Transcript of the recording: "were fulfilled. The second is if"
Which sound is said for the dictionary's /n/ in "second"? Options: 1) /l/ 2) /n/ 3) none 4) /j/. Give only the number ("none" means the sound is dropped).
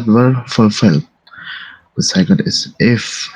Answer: 1